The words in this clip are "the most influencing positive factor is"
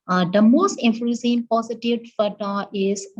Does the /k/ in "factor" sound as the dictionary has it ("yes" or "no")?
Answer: no